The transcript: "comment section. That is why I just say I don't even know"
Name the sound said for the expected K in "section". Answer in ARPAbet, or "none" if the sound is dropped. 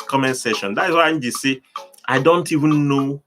none